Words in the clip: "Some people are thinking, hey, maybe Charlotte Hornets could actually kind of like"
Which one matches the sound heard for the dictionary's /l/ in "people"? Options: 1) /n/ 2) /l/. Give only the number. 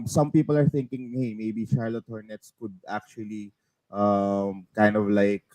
2